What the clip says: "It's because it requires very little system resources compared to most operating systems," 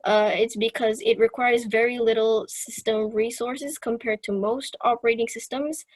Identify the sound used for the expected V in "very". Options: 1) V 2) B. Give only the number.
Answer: 1